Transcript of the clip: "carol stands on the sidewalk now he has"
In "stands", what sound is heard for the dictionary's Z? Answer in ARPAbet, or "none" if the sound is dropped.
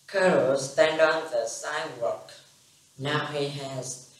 none